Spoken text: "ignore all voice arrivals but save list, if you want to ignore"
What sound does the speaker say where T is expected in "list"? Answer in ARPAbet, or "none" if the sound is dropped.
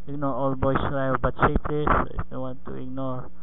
none